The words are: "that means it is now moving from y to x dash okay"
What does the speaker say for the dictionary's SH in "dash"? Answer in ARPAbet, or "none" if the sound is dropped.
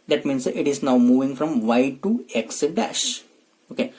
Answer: SH